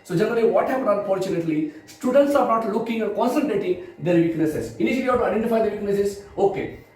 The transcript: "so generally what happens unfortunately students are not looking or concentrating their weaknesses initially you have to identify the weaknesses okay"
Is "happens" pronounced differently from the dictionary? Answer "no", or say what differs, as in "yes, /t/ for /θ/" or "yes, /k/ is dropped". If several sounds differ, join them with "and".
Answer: yes, /z/ is dropped